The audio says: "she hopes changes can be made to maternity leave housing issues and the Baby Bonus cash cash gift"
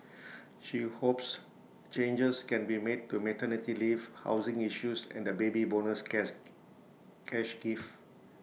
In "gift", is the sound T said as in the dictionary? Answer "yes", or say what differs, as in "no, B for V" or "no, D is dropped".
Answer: no, T is dropped